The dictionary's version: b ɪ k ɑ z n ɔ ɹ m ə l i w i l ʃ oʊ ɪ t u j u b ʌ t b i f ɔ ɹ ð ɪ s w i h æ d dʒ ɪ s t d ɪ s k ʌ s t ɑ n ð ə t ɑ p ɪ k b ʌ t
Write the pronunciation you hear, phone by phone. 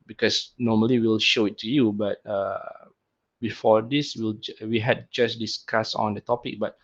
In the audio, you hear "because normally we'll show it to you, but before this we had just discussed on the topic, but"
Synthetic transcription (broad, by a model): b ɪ k ɑ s n ɔ m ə l i w i l ʃ oʊ ɪ t u j u b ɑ t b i f ɔ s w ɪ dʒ w i h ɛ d dʒ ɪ s d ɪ s k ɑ s ɑ n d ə t ɑ p ɪ k b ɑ t